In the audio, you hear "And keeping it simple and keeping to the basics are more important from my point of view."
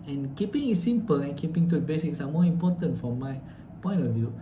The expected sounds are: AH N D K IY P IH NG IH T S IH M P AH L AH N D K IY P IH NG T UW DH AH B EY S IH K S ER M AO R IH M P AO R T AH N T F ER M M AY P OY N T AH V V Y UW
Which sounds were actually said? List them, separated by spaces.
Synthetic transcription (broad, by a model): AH N K IY P IH NG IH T S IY M P AH L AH N K IY P IH NG T UW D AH B EY S IH K S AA M AO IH M P AO T AH N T F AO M M AY P OY N AH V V Y UW